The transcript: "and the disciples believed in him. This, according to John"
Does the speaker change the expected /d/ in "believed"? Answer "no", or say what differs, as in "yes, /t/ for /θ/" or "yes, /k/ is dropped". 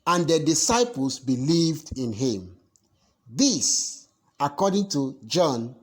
no